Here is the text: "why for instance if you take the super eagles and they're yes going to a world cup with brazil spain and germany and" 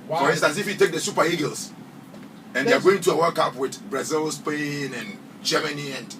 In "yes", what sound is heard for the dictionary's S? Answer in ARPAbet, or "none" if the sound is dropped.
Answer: none